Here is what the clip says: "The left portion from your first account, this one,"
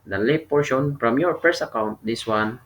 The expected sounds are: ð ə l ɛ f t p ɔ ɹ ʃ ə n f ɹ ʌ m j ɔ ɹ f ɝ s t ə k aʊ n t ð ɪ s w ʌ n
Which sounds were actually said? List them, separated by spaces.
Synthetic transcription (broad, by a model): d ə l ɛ t p ɔ ɹ ʃ ə n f ɹ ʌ m j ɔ ɹ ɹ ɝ s ə k aʊ n t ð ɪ s w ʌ n